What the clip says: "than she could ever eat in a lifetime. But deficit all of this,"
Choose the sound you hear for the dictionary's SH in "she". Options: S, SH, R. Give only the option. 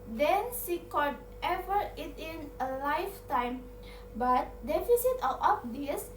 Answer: S